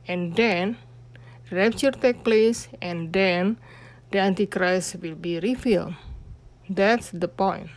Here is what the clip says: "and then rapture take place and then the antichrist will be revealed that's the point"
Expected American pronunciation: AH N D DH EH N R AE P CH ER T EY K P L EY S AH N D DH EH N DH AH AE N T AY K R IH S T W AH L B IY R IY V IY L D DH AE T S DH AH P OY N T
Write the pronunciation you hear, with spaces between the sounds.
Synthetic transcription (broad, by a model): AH N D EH N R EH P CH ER T EY K P L EY S AH N D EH N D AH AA N T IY K R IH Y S W AH L B IY R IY F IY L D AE T S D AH P OY N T